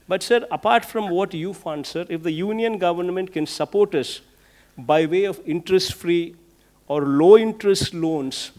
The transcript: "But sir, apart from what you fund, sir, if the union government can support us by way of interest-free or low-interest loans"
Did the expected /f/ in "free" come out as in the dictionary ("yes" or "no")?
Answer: yes